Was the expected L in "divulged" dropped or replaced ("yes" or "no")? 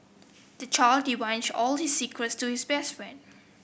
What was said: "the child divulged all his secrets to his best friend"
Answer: yes